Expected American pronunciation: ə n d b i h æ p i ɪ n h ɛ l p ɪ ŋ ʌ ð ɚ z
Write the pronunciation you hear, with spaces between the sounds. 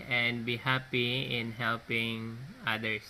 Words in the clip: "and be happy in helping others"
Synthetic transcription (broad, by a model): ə n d b i h æ p i ɪ n h ɛ l p ɪ ŋ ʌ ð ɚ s